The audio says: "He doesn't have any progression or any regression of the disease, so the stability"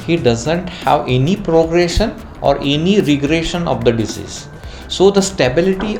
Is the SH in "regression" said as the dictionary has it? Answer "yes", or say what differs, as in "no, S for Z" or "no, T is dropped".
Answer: yes